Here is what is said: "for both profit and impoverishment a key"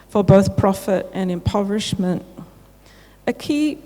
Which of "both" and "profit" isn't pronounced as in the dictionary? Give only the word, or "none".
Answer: none